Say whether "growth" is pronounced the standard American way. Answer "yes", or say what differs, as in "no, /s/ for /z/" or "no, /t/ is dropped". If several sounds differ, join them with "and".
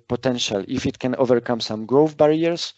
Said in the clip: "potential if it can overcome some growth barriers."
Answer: no, /f/ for /θ/